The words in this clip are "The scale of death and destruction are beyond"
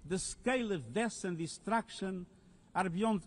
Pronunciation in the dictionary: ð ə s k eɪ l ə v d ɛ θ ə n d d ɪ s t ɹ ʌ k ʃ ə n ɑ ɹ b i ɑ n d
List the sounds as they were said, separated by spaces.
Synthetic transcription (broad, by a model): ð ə s k eɪ l ə v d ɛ s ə n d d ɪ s t ɹ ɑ k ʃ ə n ɑ ɹ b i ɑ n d